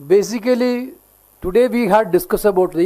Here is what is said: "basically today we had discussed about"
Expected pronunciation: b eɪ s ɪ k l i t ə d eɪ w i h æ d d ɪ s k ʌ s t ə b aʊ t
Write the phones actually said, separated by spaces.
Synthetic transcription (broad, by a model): b eɪ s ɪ k l i t ə d eɪ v i h æ d d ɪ s k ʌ s ə b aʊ t